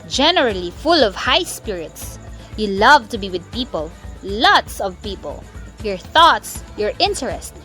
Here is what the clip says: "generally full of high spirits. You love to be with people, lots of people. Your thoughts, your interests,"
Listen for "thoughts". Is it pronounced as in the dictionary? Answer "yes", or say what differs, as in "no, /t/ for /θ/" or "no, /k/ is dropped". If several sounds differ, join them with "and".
yes